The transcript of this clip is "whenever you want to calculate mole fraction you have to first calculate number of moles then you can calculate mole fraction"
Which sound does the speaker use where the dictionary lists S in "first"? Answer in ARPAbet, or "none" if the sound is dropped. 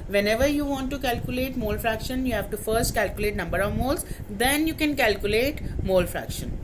S